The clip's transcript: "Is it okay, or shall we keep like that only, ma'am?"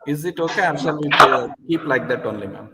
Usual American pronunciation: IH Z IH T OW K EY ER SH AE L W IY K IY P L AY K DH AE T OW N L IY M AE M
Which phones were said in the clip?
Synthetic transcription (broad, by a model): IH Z IH T OW K EY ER S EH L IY K IY P L AY K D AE T OW N L IY M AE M